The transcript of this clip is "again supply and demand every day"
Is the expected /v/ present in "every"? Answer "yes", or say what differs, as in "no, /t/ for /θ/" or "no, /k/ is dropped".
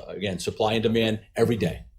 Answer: yes